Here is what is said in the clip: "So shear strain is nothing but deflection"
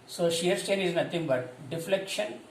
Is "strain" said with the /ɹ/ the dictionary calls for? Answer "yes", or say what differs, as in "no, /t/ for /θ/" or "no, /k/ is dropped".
no, /ɹ/ is dropped